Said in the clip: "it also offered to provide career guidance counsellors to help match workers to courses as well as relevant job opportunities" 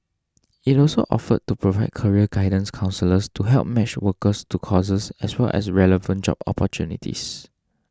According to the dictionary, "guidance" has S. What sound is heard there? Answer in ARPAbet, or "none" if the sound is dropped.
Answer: S